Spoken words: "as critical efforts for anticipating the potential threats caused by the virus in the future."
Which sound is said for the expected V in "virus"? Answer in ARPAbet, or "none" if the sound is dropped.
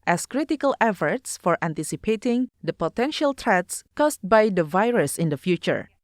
V